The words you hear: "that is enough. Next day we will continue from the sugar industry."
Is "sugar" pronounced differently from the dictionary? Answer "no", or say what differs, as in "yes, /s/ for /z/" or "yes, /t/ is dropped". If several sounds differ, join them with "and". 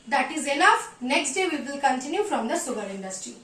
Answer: yes, /s/ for /ʃ/